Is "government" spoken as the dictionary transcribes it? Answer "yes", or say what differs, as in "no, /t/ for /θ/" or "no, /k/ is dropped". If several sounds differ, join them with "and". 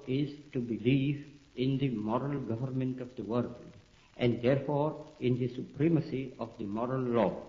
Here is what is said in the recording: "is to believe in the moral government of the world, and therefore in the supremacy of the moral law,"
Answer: yes